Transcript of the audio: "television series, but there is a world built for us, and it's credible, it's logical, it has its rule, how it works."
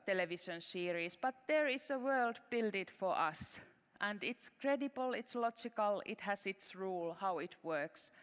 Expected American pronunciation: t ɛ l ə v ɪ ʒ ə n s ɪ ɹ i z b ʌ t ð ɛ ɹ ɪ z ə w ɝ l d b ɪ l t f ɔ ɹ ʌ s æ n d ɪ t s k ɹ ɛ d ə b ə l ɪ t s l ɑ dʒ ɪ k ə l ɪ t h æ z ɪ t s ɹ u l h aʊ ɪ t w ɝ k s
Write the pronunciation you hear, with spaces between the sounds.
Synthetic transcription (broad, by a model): t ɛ l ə v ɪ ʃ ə n s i ɹ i s b ʌ t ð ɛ ɹ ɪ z ə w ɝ l d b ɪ l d f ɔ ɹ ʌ s æ n d ɪ t s k ɹ ɛ d ə b ə l ɪ t s l ɑ dʒ ɪ k ə l ɪ t h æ s ɪ t s ɹ u l h aʊ ɪ t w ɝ k s